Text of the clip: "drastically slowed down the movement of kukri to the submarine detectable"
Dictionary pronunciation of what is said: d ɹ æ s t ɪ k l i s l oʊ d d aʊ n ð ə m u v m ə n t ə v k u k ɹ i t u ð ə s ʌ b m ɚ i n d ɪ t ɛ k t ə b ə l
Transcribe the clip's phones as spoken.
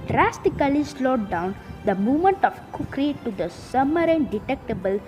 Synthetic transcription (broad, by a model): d ɹ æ s t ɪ k l i s l oʊ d d aʊ n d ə m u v m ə n t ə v k u k ɹ i t u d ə s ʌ m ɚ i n d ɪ t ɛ k t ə b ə l